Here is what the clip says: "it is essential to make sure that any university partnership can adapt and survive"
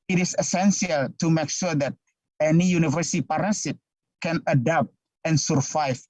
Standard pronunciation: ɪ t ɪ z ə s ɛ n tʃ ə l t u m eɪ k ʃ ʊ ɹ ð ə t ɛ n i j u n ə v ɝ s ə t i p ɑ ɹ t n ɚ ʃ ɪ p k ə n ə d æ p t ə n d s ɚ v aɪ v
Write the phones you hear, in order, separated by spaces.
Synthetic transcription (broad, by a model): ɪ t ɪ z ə s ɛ n s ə l t u m eɪ k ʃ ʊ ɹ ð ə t ɛ n i j u n ə v ɝ s ə t i p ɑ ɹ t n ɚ s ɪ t k ə n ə d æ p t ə n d s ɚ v aɪ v